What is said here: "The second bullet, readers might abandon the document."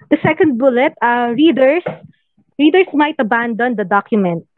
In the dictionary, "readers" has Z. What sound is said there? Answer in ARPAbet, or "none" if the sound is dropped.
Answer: S